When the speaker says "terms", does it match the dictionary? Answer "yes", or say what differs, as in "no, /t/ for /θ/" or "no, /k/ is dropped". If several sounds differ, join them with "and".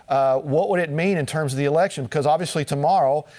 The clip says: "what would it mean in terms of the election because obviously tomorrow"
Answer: yes